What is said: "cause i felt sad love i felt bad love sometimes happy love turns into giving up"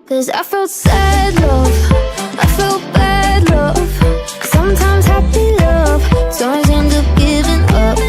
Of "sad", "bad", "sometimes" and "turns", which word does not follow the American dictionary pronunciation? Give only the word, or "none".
turns